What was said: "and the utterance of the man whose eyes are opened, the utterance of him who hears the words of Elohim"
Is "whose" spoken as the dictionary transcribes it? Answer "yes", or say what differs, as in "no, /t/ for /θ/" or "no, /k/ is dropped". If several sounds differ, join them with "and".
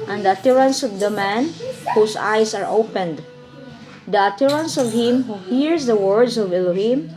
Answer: no, /s/ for /z/